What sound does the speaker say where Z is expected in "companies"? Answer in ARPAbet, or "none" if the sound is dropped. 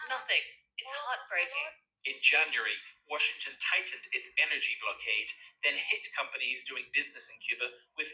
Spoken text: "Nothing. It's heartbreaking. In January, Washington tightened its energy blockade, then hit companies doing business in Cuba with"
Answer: Z